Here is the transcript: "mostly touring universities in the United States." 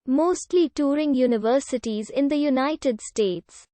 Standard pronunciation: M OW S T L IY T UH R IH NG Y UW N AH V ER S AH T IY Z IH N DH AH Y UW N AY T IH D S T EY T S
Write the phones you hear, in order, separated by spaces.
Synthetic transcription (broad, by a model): M OW S T L IY T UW R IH NG Y UW N AH V ER S AH T IY Z IH N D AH Y UW N AY T IH D S T EY T S